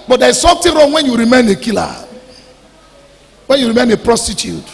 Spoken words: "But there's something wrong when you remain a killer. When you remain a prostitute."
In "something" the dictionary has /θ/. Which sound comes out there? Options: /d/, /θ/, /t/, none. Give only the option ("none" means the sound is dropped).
/t/